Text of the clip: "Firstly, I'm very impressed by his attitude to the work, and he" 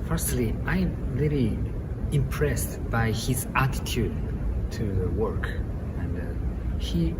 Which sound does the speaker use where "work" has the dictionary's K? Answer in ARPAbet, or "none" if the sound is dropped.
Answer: K